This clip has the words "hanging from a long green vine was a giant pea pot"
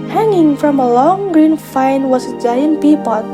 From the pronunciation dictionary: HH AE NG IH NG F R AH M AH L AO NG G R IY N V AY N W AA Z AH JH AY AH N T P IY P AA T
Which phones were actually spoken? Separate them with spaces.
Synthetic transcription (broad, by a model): HH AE NG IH NG F R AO M AH L AO NG G R IY N F AY N W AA S AH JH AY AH N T P IY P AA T